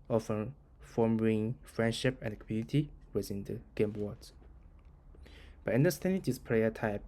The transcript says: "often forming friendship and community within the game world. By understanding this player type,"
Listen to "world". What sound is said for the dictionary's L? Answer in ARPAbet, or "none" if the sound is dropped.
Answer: none